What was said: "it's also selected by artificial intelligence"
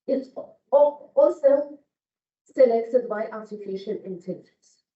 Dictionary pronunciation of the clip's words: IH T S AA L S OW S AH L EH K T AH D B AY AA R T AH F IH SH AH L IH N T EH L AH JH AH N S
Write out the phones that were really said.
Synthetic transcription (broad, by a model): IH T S AA L S OW S AH L EH K T AH D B AY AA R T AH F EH SH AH N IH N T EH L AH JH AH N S